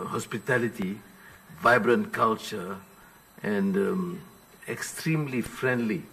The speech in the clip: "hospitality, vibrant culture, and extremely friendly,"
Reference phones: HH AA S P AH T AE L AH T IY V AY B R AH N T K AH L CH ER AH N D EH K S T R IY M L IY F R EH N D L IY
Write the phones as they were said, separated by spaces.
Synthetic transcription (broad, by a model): HH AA S P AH T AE L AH T IY V AY B R AH N T K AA L CH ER AH N D EH K S T R IY M L IY F R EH N D L IY